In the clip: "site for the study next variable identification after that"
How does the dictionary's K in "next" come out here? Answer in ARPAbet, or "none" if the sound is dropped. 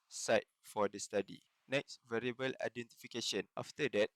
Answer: K